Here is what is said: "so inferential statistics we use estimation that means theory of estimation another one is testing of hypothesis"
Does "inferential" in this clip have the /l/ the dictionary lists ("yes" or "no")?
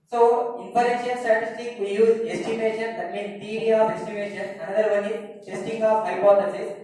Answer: no